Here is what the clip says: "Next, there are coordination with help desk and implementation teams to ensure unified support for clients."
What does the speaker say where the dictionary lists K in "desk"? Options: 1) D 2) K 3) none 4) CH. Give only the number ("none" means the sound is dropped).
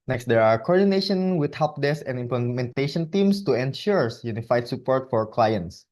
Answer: 3